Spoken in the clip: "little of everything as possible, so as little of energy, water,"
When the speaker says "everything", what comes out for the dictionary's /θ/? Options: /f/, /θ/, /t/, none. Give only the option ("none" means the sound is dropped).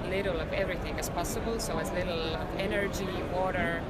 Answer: /θ/